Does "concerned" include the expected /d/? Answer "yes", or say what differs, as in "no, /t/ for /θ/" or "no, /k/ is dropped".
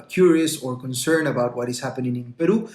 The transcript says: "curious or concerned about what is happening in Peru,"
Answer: no, /d/ is dropped